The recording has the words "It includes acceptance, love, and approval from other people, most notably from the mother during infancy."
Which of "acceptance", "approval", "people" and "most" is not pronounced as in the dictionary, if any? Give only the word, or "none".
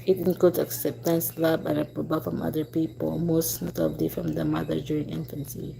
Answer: approval